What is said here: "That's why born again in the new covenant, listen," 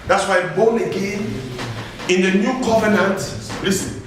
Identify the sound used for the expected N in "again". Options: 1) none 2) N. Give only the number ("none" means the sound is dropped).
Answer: 2